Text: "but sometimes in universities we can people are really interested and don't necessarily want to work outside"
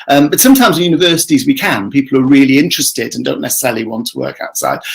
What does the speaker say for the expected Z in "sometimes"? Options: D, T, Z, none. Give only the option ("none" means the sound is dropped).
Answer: Z